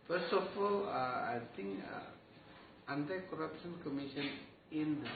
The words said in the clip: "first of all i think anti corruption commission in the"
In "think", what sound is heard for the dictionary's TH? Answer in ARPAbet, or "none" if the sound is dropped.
T